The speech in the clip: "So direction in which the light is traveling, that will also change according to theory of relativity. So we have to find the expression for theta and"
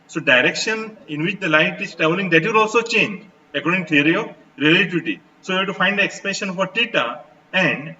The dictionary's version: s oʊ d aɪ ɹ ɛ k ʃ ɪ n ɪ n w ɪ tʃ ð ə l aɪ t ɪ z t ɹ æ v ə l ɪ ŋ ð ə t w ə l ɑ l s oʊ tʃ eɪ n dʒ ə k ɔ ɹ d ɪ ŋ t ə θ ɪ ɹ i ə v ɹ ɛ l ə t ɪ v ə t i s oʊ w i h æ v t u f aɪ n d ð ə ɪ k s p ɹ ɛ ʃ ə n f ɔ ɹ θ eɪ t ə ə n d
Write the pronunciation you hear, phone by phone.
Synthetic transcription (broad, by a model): s oʊ d aɪ ɹ ɛ k ʃ ɪ n ɪ n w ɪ tʃ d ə l aɪ t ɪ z t ɹ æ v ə l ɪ ŋ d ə t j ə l ɑ l s oʊ tʃ eɪ n dʒ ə k ɔ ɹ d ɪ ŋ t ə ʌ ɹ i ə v ɹ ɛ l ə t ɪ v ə t i s oʊ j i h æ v t u f aɪ n d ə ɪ k s p ɛ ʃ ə n f ɔ ɹ t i t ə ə n d